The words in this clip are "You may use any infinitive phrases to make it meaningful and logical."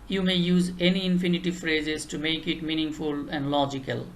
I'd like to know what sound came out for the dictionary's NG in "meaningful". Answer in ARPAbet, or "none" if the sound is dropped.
NG